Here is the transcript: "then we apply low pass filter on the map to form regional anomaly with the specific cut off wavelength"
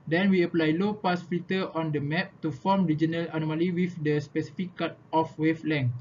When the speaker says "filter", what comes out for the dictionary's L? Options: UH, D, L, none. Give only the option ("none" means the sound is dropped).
none